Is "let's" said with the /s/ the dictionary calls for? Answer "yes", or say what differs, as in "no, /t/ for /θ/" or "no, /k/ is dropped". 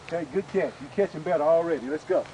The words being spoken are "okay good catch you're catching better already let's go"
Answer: yes